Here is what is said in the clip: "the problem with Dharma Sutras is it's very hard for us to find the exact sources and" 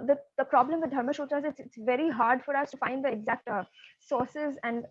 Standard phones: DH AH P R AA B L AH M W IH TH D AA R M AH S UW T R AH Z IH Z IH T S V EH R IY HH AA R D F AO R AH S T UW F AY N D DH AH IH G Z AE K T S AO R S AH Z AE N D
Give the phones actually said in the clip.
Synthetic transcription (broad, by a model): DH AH P R AA B L AH M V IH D D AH R M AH SH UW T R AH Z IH S IH T S V EH R IY HH AA R D F AO R AH S T UW F AY N D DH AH IH G Z AE K T S AO R S AH Z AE N D